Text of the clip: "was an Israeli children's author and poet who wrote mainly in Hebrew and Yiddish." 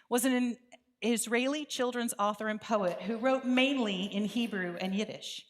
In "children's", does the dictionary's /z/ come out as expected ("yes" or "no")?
yes